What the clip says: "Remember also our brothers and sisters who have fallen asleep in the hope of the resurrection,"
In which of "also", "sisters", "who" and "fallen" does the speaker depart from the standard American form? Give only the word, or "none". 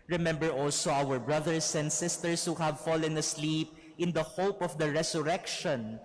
sisters